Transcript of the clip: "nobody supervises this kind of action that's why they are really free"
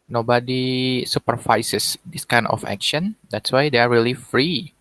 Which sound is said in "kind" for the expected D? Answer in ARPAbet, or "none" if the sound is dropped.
none